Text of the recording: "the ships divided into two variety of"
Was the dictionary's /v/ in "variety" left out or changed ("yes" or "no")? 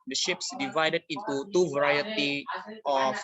no